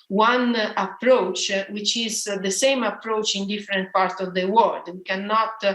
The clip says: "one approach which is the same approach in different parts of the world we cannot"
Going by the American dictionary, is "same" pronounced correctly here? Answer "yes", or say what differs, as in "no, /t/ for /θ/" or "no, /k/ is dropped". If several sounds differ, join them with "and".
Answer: yes